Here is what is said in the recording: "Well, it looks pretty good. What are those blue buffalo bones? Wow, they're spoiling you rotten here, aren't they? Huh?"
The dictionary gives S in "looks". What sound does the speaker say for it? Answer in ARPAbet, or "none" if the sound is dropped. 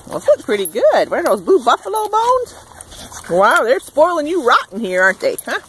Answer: none